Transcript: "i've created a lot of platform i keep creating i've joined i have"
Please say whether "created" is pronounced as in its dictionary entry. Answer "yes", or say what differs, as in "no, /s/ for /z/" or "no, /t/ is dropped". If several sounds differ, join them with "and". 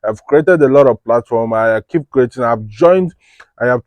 yes